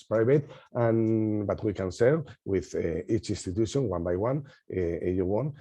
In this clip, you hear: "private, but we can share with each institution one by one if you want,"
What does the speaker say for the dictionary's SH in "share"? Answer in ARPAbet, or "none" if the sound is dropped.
S